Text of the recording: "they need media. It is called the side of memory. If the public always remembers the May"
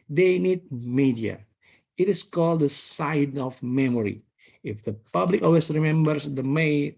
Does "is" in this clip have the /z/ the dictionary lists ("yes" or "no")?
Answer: no